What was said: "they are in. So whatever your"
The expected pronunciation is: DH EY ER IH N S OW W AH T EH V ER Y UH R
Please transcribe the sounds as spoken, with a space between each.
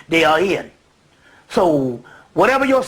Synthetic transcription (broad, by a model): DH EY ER IH N S OW W AH T EH V ER Y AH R